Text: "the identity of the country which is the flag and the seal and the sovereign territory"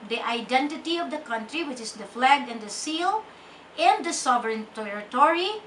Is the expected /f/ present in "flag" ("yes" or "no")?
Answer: yes